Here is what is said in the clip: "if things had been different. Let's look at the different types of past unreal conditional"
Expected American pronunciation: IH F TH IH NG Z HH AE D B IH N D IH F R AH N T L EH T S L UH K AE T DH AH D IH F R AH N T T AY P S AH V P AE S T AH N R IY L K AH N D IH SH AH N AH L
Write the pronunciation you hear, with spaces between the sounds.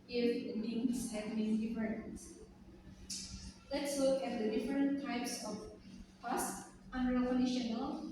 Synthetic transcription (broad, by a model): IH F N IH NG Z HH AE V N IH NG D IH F R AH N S L EH T S L UH K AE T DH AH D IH F R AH N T T AY P S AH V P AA S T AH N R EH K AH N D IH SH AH N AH L